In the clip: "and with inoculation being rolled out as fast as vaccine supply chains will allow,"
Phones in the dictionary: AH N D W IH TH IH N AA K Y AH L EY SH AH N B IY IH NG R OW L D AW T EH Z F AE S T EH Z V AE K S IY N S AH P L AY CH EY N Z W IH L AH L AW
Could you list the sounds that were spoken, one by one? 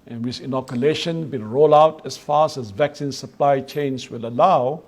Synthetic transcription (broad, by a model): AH N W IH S IH N AA K Y AH L EY SH AH N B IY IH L R OW L AW T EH S F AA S EH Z V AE K S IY N S AH P L AY CH EY N S W IH L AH L AW